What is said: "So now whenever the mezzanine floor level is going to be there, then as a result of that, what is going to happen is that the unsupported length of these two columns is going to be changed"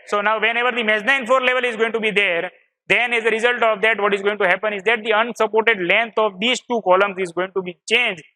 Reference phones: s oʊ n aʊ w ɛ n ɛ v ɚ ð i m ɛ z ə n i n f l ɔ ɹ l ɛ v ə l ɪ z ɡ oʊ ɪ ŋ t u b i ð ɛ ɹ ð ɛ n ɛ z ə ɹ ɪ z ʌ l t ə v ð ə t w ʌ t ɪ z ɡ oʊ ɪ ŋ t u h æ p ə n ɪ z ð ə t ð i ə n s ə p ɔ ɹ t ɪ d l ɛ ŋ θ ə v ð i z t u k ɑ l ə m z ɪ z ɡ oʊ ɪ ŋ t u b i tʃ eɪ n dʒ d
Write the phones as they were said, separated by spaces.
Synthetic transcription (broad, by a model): s oʊ n aʊ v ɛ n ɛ v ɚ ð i m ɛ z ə ɪ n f ɔ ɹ l ɛ v ə l ɪ z ɡ oʊ ɪ ŋ t u b i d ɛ ɹ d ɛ n ɛ z ə ɹ ɪ z ʌ l t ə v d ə t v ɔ t ɪ z ɡ oʊ ɪ ŋ t u h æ p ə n ɪ z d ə t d i ə n s ə p ɔ ɹ t ɪ d l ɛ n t ə v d i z t u k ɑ l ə m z ɪ z ɡ oʊ ɪ ŋ t u b i tʃ eɪ n dʒ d